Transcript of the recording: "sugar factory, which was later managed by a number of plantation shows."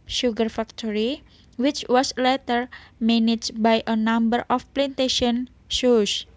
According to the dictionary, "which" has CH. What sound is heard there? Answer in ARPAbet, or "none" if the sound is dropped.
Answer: CH